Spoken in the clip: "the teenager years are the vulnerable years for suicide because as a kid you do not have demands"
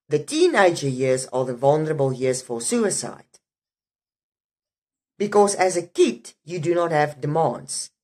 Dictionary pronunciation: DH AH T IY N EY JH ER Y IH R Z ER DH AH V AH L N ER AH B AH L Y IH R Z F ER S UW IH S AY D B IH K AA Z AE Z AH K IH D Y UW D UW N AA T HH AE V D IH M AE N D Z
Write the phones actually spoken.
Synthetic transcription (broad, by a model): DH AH T IY N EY JH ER Y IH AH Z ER DH AH V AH L N ER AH B AH L Y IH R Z F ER S UW IH S AY D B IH K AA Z AE Z AH K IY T Y UW D UW N AA T HH AE V D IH M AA N D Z